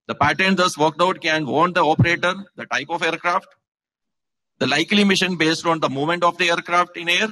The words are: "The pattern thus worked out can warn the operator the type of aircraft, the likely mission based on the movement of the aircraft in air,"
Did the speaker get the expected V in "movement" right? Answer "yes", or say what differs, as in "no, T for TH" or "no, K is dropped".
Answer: no, V is dropped